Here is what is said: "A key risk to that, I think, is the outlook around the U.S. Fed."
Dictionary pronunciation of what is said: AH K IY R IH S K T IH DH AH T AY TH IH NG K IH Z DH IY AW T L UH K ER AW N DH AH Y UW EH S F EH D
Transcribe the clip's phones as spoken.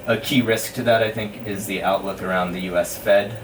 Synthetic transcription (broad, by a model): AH K IY R IH S K T IH DH AH T AY TH IH NG K IH Z DH IY AW T L UH K ER AW N DH AH Y UW EH S F EH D